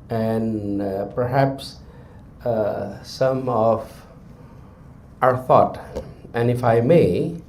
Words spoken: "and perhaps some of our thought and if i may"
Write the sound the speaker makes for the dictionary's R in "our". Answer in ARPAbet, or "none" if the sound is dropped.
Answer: R